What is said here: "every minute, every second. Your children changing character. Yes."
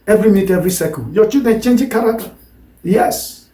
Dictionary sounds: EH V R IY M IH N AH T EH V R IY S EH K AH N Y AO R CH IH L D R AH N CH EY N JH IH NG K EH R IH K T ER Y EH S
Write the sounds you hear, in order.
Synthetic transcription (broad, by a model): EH V R IY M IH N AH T EH V R IY S EH K AH N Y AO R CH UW D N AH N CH EY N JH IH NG K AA R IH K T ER Y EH S